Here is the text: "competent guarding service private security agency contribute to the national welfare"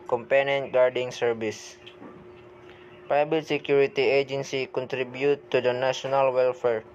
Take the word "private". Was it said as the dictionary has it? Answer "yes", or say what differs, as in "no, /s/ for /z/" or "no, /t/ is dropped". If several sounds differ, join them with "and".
no, /ɹ/ is dropped and /b/ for /v/